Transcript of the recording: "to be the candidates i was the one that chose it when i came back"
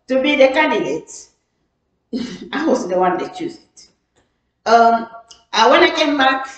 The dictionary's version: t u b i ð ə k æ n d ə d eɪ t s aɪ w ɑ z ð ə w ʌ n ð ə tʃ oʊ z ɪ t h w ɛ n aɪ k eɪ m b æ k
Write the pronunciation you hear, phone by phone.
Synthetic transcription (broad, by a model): t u b i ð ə k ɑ n d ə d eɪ t aɪ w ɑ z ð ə w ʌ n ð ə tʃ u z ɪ t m w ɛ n aɪ k eɪ m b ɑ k